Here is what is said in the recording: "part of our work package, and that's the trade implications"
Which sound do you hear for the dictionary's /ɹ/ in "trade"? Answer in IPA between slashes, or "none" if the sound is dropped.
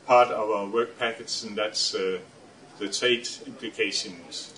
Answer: none